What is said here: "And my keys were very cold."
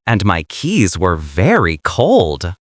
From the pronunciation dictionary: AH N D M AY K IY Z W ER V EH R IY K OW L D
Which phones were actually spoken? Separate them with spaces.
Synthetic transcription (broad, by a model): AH N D M AY K IY Z W ER V EH R IY K OW L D